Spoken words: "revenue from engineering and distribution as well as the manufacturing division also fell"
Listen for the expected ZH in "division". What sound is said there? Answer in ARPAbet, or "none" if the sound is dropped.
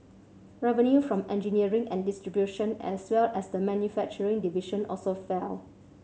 SH